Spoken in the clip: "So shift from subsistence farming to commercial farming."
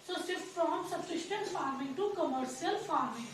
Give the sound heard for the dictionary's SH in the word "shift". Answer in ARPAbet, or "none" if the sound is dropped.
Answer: S